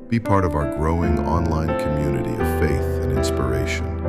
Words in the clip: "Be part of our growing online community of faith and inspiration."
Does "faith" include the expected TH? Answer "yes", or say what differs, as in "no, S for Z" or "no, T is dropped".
yes